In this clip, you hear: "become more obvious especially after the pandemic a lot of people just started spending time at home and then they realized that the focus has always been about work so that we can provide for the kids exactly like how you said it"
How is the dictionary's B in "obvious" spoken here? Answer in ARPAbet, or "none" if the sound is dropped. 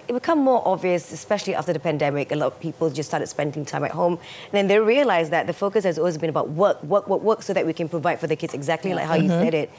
B